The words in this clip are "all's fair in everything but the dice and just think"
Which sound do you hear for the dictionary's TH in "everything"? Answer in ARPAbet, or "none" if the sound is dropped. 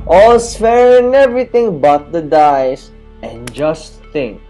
T